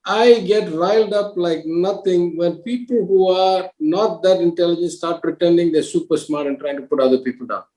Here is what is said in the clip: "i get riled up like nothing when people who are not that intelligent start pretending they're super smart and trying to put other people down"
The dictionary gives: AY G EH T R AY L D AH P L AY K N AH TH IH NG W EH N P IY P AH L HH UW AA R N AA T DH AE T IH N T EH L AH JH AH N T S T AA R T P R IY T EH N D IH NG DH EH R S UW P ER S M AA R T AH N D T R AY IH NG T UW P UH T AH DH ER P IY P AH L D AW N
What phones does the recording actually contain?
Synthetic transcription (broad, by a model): AY G EH T R AY L D AH P L AY K N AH T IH NG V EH N P IY P AH L HH UW AA R N AA T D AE T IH N T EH L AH JH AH N S T AA R T P R IY T EH N D IH NG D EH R S UW P ER S M AA R T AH N T R AY IH NG T UW P UH T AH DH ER P IY P AH L D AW N